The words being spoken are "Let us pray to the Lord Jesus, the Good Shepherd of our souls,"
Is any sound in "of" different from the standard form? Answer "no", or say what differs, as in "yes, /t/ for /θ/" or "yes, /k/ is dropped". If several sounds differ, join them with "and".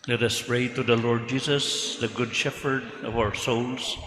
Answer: no